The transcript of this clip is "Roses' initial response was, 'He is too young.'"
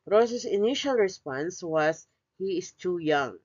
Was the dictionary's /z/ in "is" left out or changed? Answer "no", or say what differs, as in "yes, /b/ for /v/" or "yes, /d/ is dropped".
yes, /s/ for /z/